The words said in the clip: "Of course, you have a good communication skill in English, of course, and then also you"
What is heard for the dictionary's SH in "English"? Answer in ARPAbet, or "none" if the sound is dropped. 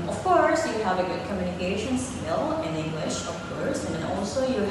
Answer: SH